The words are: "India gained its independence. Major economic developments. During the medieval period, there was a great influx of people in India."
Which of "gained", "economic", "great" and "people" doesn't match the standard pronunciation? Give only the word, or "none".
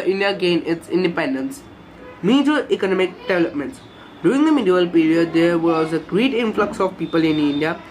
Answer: gained